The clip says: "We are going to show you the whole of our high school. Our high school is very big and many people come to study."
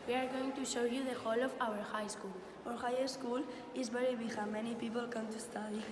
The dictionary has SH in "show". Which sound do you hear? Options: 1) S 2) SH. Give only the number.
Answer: 2